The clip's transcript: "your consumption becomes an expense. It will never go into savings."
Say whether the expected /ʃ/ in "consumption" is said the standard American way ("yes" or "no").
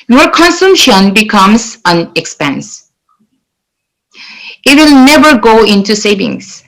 yes